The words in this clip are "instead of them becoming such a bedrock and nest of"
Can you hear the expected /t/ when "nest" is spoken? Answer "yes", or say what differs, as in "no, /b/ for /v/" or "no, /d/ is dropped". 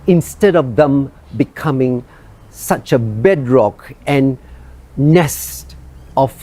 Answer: yes